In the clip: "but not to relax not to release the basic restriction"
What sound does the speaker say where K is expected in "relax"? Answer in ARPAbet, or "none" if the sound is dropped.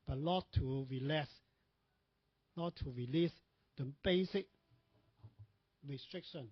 none